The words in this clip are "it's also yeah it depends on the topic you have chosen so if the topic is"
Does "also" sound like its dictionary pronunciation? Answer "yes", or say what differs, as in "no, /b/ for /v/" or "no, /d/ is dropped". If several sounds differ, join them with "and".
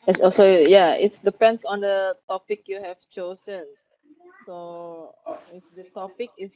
no, /l/ is dropped